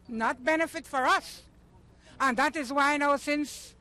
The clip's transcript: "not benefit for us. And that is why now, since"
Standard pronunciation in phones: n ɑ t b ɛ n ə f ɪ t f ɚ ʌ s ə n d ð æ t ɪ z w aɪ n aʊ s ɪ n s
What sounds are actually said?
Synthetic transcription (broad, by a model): n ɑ t b ɛ n ə f ɪ t f ɚ ʌ s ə n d ð æ t ɪ z w aɪ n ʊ s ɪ n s